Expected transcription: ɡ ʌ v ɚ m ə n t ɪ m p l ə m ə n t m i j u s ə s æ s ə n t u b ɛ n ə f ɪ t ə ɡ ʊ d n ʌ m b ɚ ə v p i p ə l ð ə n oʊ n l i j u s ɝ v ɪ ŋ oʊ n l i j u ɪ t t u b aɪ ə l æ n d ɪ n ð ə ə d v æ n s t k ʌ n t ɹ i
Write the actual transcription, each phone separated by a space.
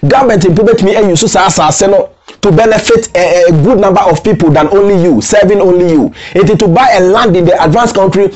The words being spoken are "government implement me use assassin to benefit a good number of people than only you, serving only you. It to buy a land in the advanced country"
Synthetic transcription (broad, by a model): ɡ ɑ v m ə n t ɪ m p ə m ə t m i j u s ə s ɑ s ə n t u b ɛ n ə f ɪ t ɡ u d n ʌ m b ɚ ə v p i p ə l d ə n oʊ n l i j u s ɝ v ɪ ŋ oʊ n l i j u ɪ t t u b aɪ ə l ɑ n d ɪ n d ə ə d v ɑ n s k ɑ n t ɹ i